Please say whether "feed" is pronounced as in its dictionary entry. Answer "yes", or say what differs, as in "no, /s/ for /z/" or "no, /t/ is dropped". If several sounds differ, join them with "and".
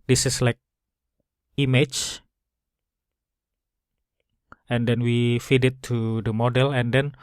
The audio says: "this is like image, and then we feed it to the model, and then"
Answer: yes